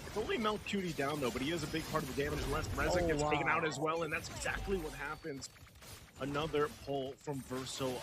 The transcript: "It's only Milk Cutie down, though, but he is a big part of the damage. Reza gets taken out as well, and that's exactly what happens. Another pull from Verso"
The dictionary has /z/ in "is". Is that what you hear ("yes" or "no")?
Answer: yes